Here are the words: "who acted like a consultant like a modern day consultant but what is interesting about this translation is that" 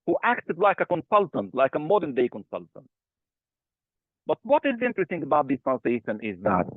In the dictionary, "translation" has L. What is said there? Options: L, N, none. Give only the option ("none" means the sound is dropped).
none